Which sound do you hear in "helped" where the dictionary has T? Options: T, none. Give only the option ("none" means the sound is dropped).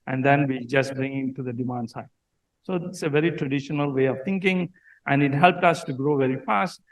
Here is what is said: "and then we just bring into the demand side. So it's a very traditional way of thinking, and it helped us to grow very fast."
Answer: T